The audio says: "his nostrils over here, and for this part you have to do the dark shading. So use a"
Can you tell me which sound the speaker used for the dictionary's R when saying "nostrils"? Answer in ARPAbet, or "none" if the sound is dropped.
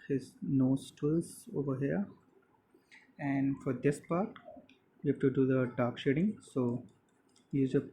none